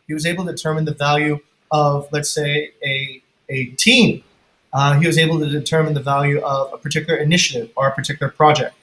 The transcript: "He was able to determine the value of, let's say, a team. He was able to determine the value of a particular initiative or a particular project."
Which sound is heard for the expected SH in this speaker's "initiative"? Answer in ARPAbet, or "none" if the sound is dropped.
SH